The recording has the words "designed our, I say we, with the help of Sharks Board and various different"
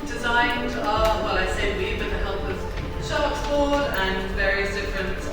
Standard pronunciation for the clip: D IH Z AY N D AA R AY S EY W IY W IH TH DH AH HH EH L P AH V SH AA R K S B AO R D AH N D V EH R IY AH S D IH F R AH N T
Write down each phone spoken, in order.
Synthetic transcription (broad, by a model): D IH Z AY N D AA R AY S EY W IY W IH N DH AH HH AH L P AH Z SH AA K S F AO W D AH N V EH R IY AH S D IH F R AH N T